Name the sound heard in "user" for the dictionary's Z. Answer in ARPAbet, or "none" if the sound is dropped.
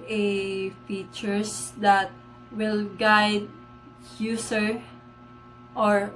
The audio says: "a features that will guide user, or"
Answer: S